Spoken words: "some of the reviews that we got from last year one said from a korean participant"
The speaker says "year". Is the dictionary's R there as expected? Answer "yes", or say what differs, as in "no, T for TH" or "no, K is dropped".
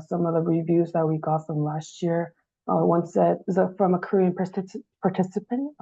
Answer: yes